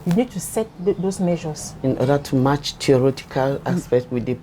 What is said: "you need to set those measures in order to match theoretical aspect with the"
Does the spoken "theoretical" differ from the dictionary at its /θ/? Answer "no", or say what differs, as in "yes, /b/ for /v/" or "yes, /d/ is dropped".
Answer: yes, /t/ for /θ/